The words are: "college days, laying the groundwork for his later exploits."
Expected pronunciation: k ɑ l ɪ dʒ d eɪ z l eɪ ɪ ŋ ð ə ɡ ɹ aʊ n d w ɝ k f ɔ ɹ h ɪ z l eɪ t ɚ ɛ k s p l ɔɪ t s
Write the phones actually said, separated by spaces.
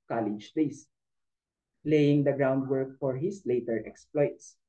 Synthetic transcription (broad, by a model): k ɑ l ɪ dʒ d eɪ s l eɪ ɪ ŋ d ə ɡ ɹ aʊ n d w ɝ k f ɔ ɹ h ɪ s l eɪ t ɚ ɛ k s p l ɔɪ t s